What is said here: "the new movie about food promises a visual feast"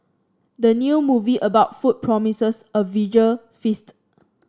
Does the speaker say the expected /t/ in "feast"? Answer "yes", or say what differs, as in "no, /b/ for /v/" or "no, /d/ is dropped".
yes